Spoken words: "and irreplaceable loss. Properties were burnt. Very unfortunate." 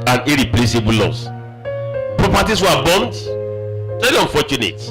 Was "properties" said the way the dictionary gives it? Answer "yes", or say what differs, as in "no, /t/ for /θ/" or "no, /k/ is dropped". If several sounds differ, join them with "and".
no, /s/ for /z/